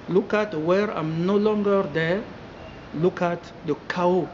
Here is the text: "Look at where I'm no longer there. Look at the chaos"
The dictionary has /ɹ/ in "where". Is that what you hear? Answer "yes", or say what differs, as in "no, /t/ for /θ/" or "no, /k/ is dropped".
yes